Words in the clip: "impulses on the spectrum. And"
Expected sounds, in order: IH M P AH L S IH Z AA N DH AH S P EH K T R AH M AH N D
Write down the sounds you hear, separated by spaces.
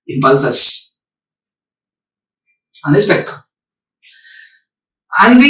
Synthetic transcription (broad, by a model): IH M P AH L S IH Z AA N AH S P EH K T AH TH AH